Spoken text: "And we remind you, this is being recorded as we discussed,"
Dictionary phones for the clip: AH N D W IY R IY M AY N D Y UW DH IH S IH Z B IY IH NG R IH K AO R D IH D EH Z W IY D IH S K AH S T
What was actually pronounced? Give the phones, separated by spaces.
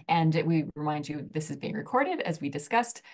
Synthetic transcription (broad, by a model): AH N W IY R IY M AY N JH Y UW DH IH S IH Z B IY IH NG R IH K AO R D IH D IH Z W IY D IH S K AH S T